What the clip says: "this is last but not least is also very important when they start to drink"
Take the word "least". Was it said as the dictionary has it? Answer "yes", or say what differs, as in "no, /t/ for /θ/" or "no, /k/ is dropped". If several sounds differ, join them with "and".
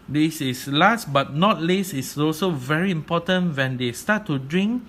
no, /t/ is dropped